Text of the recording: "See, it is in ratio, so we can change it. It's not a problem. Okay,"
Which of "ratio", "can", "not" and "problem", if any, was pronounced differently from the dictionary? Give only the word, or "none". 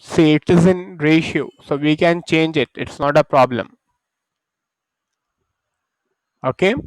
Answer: none